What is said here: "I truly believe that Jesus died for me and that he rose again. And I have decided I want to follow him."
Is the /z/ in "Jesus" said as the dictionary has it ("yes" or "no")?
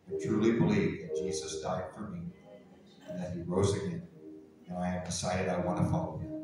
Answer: yes